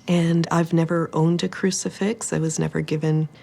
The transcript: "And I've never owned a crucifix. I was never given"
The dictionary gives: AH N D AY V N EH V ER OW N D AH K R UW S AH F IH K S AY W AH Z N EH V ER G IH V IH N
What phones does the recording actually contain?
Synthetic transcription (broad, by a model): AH N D AY V N EH V ER OW N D AH K R UW S AH F IH K S AY W AH Z N EH V ER G IH V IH N